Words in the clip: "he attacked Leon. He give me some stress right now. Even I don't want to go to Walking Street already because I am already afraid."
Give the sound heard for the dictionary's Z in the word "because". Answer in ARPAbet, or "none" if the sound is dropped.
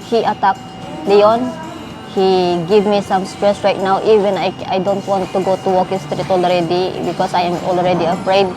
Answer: S